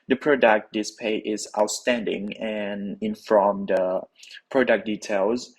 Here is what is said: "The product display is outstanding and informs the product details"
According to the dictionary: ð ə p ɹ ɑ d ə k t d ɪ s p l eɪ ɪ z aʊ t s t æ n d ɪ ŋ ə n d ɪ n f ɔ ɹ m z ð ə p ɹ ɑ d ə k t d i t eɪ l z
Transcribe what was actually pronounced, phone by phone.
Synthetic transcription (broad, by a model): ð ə p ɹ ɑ d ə k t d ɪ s p eɪ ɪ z aʊ t s t æ n d ɪ ŋ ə n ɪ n f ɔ m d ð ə p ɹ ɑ d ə k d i t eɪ l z